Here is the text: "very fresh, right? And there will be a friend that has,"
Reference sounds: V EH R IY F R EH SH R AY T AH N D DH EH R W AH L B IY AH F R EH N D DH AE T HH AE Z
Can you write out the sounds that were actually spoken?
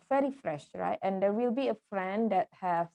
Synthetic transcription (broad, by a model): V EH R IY F R EH SH R AY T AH N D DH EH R W AH L B IY AH F R EH N D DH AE T HH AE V